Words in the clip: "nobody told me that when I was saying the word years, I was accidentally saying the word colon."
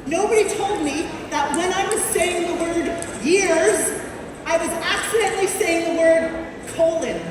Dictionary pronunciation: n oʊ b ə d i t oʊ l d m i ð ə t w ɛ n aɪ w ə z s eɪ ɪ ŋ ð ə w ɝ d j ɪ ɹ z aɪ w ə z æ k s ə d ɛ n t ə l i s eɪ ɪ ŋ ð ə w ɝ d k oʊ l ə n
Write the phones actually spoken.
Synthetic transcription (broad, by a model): n oʊ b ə d i t oʊ l d m i ð ə t w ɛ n aɪ w ə z s eɪ ɪ ŋ ð ə w ɝ d j ɪ ɹ z aɪ w ə z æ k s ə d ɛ n t l i s eɪ ɪ ŋ ð ə w ɝ d k oʊ l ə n